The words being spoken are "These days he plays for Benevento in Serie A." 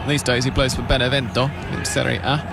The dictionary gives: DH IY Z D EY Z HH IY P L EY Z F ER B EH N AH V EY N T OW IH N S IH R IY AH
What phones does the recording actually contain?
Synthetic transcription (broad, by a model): DH IY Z D EY Z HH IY B L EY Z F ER B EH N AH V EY N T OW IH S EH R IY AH